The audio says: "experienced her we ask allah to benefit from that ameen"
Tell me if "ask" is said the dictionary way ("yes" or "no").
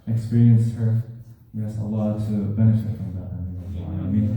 no